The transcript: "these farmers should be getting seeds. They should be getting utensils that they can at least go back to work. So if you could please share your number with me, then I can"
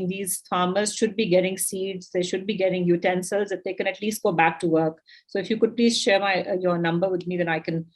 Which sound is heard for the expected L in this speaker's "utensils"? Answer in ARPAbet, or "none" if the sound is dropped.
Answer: L